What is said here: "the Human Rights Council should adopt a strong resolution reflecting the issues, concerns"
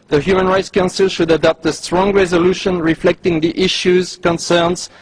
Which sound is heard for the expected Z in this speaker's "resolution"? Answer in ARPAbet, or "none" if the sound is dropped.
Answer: Z